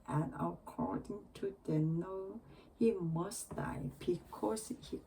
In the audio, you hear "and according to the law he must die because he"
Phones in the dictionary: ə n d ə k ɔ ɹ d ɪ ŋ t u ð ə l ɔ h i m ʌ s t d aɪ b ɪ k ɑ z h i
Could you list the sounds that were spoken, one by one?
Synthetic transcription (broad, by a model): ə n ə k ɔ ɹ d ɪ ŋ t u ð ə n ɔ h i m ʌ s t d aɪ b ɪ k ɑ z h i